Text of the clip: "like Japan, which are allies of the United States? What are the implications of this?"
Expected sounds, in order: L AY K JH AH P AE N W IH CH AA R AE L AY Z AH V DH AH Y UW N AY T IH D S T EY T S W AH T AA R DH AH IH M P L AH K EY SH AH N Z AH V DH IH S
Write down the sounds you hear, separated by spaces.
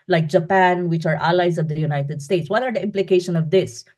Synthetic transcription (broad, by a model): L AY K JH AH P AE N W IH CH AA R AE L AY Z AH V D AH Y UW N AY T IH D S T EY T S W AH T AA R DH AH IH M P L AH K EY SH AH N AH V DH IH S